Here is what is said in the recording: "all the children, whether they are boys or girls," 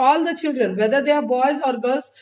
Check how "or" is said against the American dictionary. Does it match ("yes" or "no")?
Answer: yes